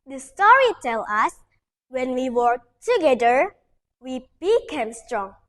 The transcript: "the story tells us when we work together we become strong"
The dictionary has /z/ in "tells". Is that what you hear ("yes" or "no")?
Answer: no